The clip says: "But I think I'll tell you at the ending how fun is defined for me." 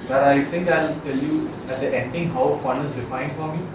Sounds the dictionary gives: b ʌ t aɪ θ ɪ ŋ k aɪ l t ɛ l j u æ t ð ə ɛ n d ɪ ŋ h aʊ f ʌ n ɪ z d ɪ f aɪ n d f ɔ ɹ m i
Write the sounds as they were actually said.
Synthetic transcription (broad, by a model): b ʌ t aɪ t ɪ ŋ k aɪ l t ɛ l j u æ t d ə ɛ n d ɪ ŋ h aʊ f ʌ n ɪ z d ɪ f aɪ n d f ɔ ɹ m i